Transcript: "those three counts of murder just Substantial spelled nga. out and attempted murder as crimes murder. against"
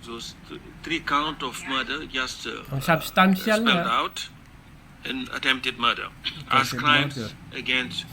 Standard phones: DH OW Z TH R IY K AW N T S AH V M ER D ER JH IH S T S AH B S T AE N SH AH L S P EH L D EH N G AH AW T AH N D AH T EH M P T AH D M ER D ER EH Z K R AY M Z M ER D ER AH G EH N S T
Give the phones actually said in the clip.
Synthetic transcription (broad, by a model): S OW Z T R IY K AW N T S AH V M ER D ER JH IH S T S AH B S T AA N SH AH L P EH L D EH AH T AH N AH T EH M P T AH D M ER D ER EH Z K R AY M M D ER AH G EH N S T